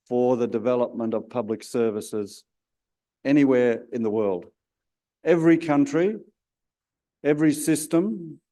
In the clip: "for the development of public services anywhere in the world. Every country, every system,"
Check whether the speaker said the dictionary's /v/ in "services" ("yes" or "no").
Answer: yes